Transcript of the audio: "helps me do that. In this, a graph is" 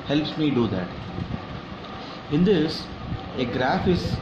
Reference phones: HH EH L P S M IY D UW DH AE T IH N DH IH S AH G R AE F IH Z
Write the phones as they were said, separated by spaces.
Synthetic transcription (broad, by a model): HH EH L P S M IY D UW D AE T IH N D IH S AH G R AE F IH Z